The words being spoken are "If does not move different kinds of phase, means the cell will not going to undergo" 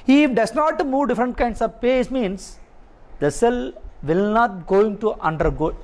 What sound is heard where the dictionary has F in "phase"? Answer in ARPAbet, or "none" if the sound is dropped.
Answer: P